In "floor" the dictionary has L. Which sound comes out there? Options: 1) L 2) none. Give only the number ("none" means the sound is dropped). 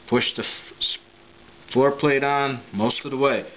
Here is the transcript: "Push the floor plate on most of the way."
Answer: 2